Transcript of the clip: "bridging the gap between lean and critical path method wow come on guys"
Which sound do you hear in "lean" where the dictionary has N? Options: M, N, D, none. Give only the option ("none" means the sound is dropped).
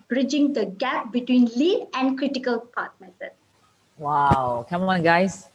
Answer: none